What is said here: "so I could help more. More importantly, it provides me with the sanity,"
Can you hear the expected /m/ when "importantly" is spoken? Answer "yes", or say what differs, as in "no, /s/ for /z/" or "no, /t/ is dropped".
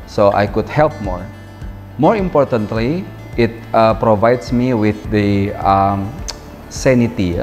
yes